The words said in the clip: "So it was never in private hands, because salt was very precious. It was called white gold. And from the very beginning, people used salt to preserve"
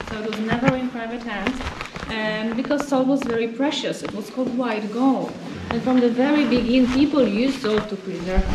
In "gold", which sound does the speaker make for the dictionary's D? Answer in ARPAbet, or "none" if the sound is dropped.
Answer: none